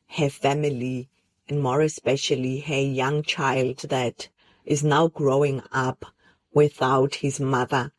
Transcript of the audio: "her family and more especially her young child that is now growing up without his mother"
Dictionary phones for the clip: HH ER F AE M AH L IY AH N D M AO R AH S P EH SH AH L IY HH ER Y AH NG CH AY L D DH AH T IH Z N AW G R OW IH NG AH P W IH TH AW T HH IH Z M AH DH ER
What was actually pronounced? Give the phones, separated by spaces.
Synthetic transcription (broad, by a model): HH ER F AE M AH L IY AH N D M AO R AH S P EH SH AH L IY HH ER Y AH NG CH AY L D DH AH T IH Z N AW G R OW IH NG AH P W IH TH AW T HH IH Z M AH DH ER